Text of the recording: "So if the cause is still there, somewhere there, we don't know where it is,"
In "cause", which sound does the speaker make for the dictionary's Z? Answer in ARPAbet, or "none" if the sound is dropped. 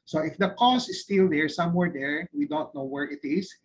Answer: S